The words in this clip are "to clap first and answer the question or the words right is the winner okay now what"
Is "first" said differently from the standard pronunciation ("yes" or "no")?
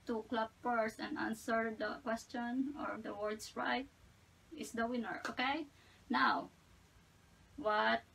yes